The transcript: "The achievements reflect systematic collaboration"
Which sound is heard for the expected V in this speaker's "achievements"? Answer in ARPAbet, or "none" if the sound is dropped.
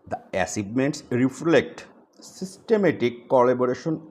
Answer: B